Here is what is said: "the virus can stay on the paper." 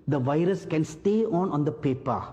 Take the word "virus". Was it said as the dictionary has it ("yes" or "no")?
yes